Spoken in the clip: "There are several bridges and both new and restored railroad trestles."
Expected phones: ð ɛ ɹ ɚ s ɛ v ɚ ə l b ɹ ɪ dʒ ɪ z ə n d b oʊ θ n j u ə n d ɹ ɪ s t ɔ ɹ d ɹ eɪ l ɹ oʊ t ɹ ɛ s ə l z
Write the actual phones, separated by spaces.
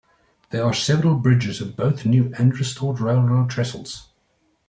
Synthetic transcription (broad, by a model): ð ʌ ɹ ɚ s ɛ v ɚ ə l b ɹ ɪ dʒ ɪ z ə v b oʊ θ n j u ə n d ɹ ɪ s t ɔ d ɹ eɪ l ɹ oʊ t ɹ ɛ s ə l z